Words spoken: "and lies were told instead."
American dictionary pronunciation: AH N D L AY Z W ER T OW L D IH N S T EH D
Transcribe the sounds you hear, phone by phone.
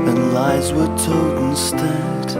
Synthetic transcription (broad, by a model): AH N L AY Z W ER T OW D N S T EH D